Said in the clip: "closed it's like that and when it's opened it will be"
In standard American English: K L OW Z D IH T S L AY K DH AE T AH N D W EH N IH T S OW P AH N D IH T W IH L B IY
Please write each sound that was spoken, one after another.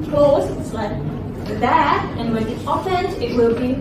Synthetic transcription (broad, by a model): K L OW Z IH T S L AY K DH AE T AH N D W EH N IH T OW F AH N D IH T W IH L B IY